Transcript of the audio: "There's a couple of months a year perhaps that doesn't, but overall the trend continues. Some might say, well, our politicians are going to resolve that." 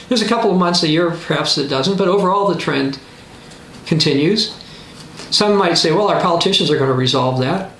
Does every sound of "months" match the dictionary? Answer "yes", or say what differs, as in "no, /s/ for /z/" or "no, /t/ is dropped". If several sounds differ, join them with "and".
yes